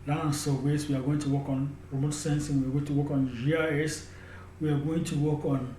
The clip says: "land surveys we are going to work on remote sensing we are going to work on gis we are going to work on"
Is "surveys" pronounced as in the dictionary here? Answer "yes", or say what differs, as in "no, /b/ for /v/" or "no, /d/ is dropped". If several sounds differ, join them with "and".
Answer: no, /w/ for /v/ and /s/ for /z/